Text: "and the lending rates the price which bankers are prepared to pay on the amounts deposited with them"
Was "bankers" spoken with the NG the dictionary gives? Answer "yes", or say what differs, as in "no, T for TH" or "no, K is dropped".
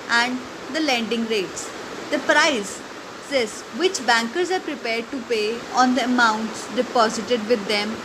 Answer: yes